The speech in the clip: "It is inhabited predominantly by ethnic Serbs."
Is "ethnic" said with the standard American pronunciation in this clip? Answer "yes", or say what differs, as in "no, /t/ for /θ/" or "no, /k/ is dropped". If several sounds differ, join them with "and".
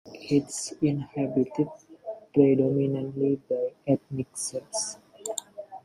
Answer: no, /t/ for /θ/